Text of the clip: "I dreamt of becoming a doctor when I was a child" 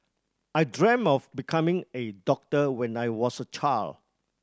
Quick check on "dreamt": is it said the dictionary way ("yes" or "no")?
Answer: no